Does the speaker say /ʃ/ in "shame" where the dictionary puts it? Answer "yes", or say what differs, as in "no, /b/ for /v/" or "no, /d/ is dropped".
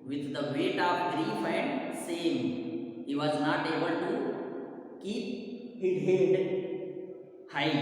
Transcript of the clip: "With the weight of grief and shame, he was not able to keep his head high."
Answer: no, /s/ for /ʃ/